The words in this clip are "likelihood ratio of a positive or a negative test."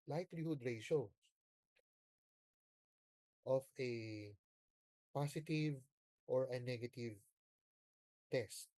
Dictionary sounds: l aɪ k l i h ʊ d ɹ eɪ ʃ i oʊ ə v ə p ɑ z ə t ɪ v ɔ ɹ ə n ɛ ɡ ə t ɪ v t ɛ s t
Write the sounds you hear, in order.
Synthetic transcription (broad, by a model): l aɪ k l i h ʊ d ɹ eɪ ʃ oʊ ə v ə p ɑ s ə t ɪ v ɔ ɹ ə n ɛ ɡ ə t ɪ v t ɛ s t